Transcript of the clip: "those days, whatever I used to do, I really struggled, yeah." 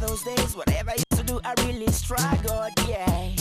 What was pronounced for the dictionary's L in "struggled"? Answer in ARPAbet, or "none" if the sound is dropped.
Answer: none